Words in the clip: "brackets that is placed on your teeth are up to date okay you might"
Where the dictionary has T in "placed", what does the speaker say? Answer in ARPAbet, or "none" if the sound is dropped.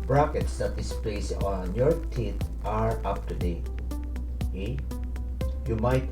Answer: none